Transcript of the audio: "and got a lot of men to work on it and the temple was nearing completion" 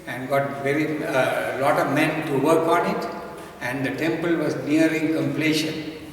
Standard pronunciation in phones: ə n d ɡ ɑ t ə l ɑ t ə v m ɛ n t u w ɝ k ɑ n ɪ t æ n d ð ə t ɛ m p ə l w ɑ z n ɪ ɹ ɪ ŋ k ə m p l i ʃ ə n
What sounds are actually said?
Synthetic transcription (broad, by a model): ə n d ɡ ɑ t ə l ɑ t ə v m ɛ n t u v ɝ k ɑ n ɪ t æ n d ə t ɛ m p ə l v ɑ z n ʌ ɹ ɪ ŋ k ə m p l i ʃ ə n